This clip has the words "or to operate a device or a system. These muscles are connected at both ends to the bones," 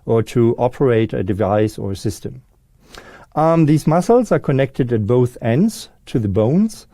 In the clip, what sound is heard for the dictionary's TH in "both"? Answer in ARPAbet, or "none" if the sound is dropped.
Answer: TH